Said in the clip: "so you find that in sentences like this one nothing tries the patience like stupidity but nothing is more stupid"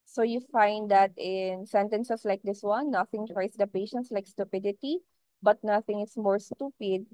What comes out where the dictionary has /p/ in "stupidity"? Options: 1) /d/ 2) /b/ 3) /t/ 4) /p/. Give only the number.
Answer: 4